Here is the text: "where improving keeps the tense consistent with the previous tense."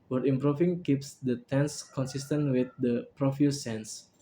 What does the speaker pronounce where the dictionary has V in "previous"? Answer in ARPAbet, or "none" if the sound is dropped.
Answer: F